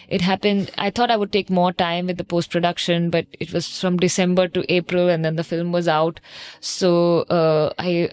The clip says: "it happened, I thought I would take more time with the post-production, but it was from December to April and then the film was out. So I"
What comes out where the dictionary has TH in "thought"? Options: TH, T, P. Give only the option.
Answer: T